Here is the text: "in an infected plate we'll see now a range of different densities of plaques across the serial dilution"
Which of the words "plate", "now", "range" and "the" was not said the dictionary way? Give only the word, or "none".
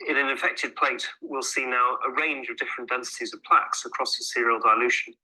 none